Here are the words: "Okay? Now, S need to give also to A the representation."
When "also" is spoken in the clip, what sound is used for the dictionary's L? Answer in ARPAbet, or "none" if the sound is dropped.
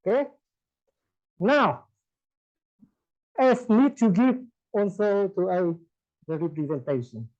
N